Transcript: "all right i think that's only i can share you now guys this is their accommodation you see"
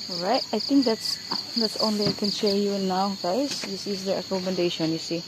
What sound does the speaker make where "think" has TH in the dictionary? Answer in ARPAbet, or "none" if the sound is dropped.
T